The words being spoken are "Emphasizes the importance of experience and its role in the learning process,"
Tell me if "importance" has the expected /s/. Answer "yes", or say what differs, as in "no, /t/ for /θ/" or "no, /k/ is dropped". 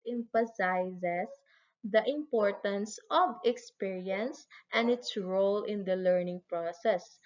yes